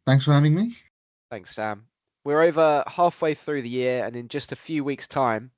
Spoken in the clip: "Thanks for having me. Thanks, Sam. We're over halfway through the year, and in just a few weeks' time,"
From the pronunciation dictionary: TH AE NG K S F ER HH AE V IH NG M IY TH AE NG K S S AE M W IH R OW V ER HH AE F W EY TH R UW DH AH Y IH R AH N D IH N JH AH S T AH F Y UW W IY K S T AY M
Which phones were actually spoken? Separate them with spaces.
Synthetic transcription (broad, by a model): TH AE NG K S F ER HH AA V IH NG M IY TH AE NG K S S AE M W IH R OW V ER HH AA F W EY TH R UW DH AH Y IH R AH N IH N JH AH S T AH F Y UW W IY K S T AY M